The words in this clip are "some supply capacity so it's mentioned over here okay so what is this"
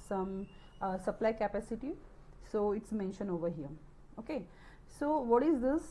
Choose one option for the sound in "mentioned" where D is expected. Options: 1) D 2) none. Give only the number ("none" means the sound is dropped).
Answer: 2